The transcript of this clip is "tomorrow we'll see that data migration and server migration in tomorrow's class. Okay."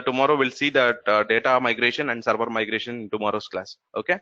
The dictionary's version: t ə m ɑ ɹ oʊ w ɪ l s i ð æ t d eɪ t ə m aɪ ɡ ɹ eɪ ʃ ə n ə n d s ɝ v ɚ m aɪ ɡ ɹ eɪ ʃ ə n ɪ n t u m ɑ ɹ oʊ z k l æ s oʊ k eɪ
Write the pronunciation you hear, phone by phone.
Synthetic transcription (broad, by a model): t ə m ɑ ɹ oʊ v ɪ l s i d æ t d eɪ t ə m aɪ ɡ ɹ eɪ ʃ ə n ə n d s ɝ b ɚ m aɪ ɡ ɹ eɪ ʃ ə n n t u m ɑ ɹ oʊ s k l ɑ s oʊ k eɪ